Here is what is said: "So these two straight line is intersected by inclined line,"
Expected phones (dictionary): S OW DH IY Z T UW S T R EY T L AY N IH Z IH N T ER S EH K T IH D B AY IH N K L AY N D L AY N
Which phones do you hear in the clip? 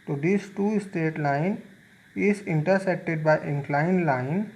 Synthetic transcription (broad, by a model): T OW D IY S T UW S T EY T L AY N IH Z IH N T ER S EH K T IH D B AY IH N K L AY N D L AY N